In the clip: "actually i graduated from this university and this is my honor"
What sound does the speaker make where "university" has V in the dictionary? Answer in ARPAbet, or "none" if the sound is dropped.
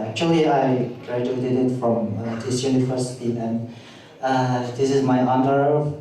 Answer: F